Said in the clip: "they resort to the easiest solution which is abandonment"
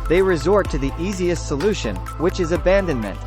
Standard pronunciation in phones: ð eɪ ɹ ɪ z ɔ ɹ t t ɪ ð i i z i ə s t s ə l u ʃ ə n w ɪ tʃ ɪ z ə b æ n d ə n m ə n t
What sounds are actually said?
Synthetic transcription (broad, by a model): ð eɪ ɹ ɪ z ɔ ɹ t t ɪ ð i i z i ə s t s ə l u ʃ ə n w ɪ tʃ ɪ z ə b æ n d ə n m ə n t